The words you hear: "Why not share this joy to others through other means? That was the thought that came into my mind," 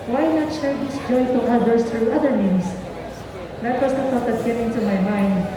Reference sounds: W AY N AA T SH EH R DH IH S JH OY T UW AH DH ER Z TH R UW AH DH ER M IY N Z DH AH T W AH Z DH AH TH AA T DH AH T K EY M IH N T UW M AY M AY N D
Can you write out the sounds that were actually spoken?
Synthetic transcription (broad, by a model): W AY N AA T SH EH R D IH S JH OY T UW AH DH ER S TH R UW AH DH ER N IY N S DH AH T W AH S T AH T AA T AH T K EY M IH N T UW M AY M AY N D